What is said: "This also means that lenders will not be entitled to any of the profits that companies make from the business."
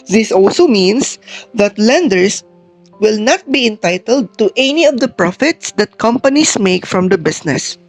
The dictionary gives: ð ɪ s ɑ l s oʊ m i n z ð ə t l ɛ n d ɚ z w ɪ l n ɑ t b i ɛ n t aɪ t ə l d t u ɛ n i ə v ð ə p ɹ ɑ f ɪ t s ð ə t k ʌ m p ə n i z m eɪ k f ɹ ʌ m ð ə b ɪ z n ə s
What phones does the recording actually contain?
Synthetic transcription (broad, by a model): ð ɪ s ɑ l s oʊ m i n s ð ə t l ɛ n d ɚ s w ɪ l n ɑ t b i ɛ n t aɪ t ə l d t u ɛ n i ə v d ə p ɹ ɑ f ɪ t s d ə t k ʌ m p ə n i s m eɪ k f ɹ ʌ m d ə b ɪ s n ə s